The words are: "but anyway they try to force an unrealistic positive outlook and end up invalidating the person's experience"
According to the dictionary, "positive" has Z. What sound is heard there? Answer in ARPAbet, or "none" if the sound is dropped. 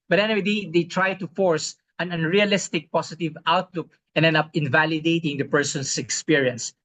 S